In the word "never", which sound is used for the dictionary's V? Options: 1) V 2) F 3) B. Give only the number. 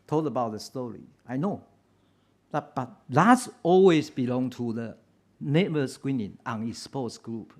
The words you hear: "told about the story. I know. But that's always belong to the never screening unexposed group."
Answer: 3